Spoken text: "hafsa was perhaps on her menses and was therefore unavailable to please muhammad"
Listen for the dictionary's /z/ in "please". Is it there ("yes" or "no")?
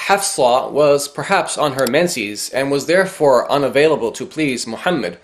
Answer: yes